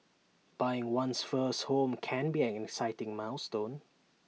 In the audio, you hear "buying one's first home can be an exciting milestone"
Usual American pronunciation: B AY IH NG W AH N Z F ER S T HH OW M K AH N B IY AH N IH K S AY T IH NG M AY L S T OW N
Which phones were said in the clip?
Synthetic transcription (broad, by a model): B AY IH NG W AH N S F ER S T HH OW M K AH N B IY AH N IH K S AY T IH NG M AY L S T OW N